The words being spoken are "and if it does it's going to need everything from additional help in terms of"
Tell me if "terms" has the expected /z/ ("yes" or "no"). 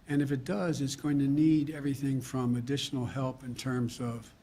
yes